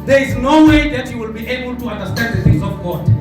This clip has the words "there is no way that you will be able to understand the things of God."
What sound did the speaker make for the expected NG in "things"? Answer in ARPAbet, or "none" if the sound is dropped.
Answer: none